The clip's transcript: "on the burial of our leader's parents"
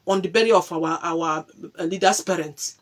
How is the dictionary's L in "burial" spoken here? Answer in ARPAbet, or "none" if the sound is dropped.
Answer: W